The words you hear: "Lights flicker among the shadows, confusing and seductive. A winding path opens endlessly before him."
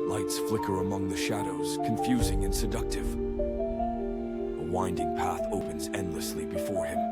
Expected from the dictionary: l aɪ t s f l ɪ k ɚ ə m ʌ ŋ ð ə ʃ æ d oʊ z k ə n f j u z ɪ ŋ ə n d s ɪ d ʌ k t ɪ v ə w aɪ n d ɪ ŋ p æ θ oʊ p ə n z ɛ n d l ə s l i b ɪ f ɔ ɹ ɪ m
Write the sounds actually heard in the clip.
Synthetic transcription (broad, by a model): l aɪ t s f l ɪ k ɚ ə m ʌ ŋ ð ə ʃ æ d oʊ z k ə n f j u z ɪ ŋ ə n s ɪ d ʌ k t ɪ v ə w aɪ n d ɪ ŋ p æ θ oʊ p ə n z ɛ n d l ə s l i b ɪ f ɔ ɹ ɪ m